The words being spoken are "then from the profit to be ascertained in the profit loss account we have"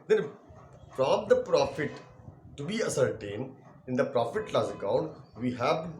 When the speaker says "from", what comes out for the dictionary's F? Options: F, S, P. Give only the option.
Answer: P